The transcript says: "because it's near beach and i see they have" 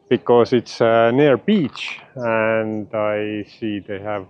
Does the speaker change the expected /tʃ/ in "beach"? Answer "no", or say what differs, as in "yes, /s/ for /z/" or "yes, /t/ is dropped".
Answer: no